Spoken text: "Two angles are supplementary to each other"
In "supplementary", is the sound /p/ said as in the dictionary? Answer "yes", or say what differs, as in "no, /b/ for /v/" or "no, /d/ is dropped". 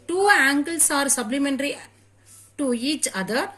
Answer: no, /b/ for /p/